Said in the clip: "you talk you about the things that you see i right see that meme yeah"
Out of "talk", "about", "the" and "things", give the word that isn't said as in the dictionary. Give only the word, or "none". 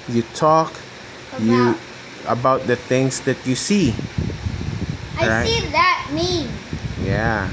none